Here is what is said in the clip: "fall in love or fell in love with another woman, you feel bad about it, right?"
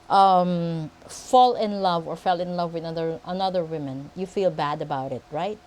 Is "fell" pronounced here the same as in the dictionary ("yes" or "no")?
yes